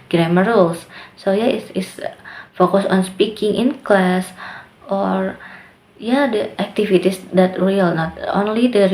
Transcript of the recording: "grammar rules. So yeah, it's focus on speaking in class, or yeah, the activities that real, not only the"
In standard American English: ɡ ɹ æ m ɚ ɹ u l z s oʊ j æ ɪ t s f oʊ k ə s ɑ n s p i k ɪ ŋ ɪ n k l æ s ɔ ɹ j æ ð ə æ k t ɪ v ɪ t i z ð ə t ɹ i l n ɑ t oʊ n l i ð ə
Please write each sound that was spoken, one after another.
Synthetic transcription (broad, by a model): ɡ ɹ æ m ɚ ɹ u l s s oʊ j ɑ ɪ s s f oʊ k ə s ɑ n s p i k ɪ ŋ ɪ n k l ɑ s ɔ ɹ j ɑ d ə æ k t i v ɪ t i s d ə t ɹ i l n ɑ t oʊ n l i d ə